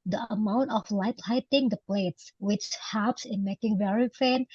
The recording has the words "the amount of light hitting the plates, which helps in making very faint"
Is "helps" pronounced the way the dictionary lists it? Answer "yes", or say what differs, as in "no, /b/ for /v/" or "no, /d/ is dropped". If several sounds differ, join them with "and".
no, /l/ is dropped